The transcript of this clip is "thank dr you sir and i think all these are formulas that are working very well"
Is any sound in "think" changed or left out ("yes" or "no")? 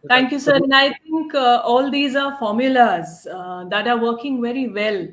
yes